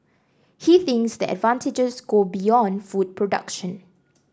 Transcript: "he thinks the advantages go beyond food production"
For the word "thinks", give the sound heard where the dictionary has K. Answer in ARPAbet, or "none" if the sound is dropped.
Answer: K